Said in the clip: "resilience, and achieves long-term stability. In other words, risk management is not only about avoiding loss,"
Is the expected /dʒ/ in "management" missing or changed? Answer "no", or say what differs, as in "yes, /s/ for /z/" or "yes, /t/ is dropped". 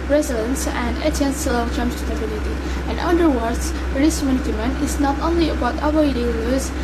yes, /dʒ/ is dropped